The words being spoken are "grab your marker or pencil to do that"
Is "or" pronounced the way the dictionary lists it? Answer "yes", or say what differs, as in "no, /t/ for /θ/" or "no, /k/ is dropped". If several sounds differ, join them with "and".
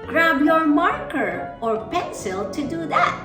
yes